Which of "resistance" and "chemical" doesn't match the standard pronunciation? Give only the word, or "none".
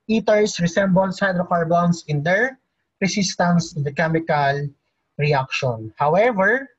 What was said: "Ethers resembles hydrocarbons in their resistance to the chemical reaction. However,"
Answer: resistance